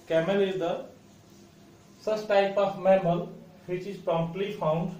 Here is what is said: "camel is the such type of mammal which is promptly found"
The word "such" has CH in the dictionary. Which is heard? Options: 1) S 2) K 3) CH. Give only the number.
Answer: 1